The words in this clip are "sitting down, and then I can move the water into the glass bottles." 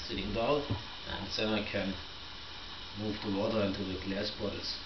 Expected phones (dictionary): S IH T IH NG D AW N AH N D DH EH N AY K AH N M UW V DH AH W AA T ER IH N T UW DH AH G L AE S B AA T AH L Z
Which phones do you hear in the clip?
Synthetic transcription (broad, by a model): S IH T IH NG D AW AH N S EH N AY K AH N M UW V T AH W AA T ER IH N T UW DH AH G L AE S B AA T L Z